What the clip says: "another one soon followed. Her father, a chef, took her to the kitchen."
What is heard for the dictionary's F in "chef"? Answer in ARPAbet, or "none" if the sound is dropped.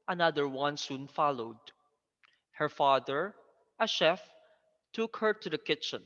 F